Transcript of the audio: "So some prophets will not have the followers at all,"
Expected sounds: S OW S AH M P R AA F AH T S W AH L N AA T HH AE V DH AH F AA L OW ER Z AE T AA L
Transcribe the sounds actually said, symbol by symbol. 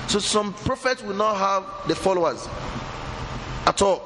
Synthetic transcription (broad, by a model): S OW S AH M P R AA F AH T S W AH L N AA T HH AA V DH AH F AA L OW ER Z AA T AA L